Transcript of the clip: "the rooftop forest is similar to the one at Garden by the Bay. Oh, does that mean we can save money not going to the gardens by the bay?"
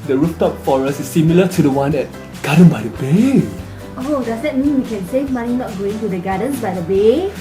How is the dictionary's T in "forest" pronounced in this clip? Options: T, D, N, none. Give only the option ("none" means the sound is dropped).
none